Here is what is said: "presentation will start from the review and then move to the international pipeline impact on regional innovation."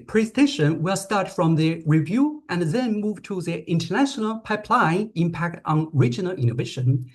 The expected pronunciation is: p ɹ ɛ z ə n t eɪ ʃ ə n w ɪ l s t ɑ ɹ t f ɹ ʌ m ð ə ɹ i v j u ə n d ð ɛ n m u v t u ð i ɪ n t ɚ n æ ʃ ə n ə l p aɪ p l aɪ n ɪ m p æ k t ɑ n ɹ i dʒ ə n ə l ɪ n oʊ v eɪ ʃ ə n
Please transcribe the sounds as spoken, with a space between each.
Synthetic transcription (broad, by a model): p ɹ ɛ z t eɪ ʃ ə n w ɪ l s t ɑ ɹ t f ɹ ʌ m ð ə ɹ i v j u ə n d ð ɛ n m u v t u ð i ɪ n t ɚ n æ ʃ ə n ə l p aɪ p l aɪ ɪ m p æ k t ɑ n ɹ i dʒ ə n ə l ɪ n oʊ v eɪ ʃ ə n